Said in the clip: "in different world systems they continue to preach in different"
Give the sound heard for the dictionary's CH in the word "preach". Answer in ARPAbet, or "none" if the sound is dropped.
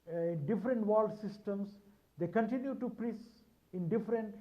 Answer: S